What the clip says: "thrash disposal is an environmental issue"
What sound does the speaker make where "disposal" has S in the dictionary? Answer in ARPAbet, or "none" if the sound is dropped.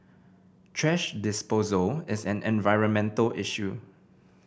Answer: S